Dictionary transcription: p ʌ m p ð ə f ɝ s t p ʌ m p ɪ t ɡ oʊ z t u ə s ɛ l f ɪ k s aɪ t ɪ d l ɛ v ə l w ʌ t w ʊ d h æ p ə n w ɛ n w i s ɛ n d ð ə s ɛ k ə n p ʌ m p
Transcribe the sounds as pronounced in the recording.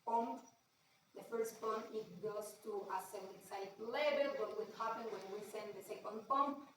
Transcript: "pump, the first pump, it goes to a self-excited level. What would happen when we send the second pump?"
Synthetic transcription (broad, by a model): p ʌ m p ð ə f ɝ s t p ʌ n ɪ t ɡ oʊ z t u ə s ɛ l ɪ s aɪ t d l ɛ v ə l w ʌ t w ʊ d h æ p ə n w ɛ n w i s ɛ n d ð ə s ɛ k ə n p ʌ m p